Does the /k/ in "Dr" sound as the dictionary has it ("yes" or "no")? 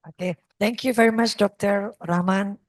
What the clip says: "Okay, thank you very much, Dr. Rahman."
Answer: yes